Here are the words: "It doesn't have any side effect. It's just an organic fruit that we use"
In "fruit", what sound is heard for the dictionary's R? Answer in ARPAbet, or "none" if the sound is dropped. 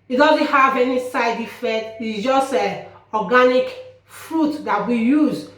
R